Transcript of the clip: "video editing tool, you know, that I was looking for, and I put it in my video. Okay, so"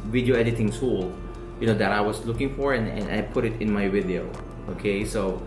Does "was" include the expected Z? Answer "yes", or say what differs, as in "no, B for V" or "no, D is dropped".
no, S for Z